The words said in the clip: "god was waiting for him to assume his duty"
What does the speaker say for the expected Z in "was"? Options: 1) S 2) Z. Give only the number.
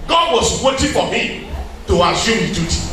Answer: 1